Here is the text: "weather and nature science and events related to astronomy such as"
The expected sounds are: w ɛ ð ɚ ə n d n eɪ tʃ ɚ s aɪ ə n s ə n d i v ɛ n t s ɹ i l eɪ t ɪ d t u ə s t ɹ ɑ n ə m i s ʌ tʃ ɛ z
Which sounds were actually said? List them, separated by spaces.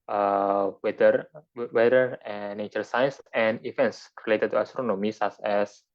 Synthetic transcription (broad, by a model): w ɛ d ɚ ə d n eɪ tʃ ɚ s aɪ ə n s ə n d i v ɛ n t s ɹ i l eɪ t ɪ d t u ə s t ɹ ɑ n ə m i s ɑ s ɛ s